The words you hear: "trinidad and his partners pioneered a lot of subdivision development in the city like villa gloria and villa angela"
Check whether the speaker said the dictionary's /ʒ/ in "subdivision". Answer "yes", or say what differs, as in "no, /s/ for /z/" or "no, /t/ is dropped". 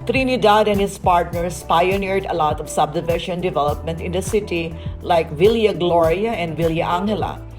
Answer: no, /ʃ/ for /ʒ/